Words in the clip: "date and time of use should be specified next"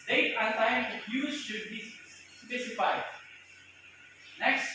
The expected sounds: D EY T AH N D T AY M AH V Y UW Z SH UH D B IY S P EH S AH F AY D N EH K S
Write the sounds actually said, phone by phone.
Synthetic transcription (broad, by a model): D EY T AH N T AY AH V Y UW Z SH UH D B IY S P EH S AH F AY D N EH K S